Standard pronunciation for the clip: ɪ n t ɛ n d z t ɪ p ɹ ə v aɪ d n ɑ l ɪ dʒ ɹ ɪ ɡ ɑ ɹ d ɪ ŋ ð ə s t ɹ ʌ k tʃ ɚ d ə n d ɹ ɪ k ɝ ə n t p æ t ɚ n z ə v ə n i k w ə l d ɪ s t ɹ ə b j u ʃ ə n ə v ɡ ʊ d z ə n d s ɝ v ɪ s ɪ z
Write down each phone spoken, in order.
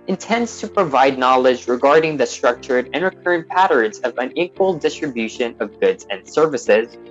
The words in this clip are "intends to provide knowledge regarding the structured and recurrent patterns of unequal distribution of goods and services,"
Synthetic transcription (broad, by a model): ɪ n t ɛ n d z t ɪ p ɹ ə v aɪ d n ɑ l ɪ dʒ ɹ ɪ ɡ ɑ ɹ d ɪ ŋ ð ə s t ɹ ʌ k tʃ ɚ d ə n ɹ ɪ k ɝ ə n p æ t ɚ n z ə v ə n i k w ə l d ɪ s t ɹ ə b j u ʃ ə n ə v ɡ ʊ d z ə n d s ɝ v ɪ s ɪ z